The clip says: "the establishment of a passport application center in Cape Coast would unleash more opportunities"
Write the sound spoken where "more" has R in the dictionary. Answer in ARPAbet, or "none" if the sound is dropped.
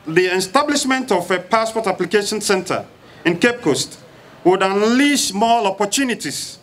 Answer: L